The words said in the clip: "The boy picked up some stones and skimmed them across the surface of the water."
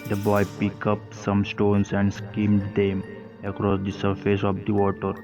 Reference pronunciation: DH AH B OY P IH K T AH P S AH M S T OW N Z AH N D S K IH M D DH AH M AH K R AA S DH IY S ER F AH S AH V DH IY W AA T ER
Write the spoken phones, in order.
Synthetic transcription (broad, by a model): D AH B OY P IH K AH P S AH M S T OW N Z AH N D S K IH M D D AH M AH K R AA S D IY S ER F AH S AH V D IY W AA T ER